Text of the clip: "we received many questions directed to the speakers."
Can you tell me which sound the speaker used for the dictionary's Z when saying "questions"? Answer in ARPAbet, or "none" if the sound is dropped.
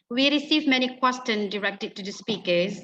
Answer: none